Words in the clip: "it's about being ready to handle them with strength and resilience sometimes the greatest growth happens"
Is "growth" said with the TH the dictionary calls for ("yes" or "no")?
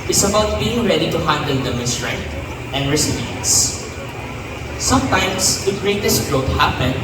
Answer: no